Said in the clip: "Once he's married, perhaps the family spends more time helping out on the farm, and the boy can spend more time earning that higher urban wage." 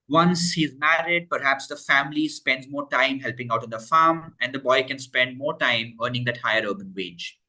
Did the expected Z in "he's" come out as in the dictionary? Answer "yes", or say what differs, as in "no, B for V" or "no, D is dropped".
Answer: yes